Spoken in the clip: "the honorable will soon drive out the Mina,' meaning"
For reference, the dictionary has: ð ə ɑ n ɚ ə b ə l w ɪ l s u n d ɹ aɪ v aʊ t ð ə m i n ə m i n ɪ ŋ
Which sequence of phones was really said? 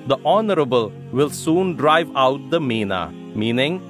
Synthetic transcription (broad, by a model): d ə ɑ n ɚ ə b ə l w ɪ l s u n d ɹ aɪ v aʊ t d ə m i n ə m i n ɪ ŋ